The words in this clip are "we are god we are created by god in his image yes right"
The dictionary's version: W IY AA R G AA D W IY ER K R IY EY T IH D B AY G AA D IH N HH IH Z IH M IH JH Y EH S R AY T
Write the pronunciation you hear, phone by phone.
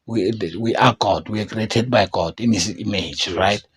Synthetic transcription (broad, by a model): W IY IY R G AA D W IY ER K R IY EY T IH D B AY G AA D IH N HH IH S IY M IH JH R AY T